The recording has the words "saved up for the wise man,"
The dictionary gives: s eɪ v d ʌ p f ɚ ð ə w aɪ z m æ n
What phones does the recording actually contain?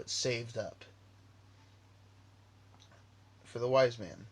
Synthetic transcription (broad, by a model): s eɪ v d ʌ p f ɚ ð ə w aɪ z m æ n